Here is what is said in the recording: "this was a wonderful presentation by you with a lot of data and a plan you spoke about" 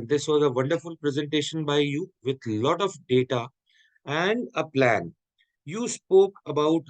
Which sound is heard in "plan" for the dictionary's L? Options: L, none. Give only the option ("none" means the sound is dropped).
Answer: L